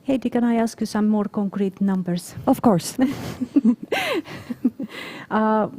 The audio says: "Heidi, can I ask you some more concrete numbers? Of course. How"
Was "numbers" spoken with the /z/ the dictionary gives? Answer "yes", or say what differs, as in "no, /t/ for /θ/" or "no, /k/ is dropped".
no, /s/ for /z/